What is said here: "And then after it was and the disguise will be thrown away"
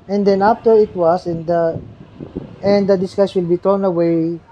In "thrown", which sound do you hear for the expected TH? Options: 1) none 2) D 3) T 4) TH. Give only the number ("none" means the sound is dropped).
3